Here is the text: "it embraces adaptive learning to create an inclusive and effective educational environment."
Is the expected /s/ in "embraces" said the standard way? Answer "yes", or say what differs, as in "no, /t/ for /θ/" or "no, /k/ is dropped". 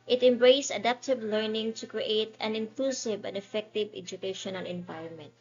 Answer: no, /s/ is dropped